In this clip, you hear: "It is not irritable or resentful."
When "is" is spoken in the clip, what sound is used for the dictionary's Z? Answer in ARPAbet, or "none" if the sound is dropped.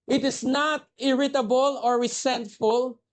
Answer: S